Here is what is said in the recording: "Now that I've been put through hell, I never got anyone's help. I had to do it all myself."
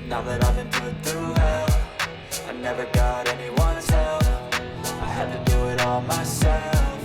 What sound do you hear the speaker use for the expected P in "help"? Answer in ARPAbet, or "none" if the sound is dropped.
F